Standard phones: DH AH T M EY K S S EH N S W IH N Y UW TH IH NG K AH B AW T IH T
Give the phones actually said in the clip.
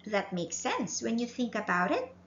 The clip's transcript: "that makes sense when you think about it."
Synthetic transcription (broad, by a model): DH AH T M EY K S S EH N S W IH N Y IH TH IH NG K AH B AW T IH T